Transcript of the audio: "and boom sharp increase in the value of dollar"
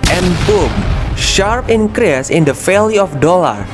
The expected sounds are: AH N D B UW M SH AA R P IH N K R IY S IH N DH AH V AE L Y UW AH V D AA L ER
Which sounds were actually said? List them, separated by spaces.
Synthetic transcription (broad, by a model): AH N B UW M SH AA R P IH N K R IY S IH N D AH F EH L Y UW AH F D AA L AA